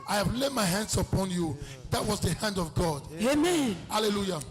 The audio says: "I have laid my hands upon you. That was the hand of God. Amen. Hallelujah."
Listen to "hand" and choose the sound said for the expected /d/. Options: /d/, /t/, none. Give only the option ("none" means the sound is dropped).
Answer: /d/